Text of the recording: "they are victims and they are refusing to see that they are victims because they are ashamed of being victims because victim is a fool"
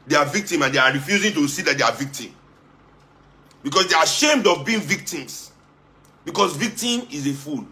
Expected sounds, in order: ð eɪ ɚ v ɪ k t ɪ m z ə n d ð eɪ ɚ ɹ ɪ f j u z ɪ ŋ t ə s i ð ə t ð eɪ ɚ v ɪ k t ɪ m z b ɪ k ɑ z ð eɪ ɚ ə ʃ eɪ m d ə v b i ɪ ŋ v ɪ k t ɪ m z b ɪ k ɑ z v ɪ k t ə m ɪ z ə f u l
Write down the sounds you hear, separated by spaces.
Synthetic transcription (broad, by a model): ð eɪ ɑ v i k t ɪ m ə n d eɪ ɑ ɹ ɪ f j u z ɪ ŋ t ə s i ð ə t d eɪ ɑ v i k t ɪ m b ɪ k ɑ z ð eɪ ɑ ə ʃ eɪ m d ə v b i ɪ ŋ v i k t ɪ m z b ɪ k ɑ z v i k t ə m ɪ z ə f u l